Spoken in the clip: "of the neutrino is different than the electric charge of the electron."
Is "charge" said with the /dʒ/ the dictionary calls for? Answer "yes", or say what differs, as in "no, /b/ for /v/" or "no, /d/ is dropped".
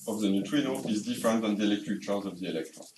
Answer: no, /z/ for /dʒ/